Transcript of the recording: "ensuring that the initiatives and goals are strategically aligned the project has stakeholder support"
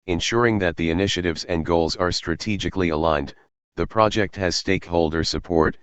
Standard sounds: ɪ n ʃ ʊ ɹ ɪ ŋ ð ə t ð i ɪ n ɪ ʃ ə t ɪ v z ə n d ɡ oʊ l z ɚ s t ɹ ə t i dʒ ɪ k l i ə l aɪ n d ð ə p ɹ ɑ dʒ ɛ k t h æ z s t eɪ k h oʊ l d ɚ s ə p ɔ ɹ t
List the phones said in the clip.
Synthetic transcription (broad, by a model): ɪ n ʃ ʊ ɹ ɪ ŋ ð ə t ð i ɪ n ɪ ʃ ə t ɪ v z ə n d ɡ oʊ l z ɚ s t ɹ ə t i dʒ ɪ k l i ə l aɪ n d ð ə p ɹ ɑ dʒ ɛ k t h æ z s t eɪ k h oʊ l d ɚ s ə p ɔ ɹ t